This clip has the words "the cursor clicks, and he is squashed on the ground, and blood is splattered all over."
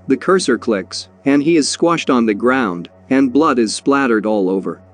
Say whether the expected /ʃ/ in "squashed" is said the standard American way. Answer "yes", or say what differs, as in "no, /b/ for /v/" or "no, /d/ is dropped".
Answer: yes